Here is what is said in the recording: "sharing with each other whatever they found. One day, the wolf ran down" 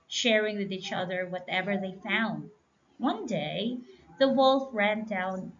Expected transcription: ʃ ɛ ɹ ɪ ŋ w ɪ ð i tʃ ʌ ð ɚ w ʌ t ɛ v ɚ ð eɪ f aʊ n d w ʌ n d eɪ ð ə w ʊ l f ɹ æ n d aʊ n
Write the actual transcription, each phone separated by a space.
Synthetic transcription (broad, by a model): ʃ ɛ ɹ ɪ ŋ w ɪ ð i tʃ ʌ ð ɚ w ʌ t ɛ v ɚ ð eɪ f aʊ n d w ʌ n d eɪ ð ə w ʊ l f ɹ æ n d aʊ n